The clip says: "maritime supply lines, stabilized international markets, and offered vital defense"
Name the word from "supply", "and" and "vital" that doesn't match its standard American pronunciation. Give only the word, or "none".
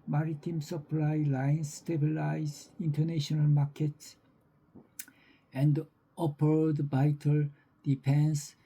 vital